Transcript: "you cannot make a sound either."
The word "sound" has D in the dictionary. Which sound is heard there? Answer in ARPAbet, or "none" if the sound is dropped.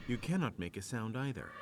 D